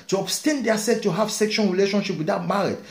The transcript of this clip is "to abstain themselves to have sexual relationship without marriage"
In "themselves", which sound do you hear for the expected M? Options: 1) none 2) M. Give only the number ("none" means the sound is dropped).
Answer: 1